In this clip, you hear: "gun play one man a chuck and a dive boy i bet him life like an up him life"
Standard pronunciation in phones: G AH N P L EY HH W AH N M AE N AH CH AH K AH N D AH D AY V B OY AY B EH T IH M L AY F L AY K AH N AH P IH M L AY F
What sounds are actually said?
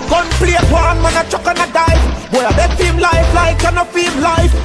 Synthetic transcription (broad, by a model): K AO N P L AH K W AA N M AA N AH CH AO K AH N AH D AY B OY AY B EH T IH M L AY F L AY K AH N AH F IH M L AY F